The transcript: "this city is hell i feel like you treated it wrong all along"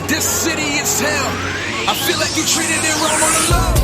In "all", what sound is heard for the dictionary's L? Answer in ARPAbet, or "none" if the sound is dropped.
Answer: N